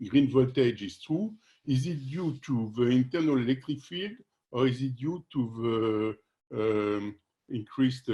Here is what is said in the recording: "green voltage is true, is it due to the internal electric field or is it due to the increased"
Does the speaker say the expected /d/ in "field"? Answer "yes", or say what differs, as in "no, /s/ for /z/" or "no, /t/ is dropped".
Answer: yes